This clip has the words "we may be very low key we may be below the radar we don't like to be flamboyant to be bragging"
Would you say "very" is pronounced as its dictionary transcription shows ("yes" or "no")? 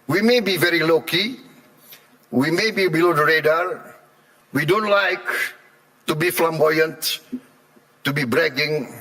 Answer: yes